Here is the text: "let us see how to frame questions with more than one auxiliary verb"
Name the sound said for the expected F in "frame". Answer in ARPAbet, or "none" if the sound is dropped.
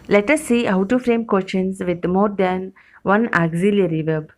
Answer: F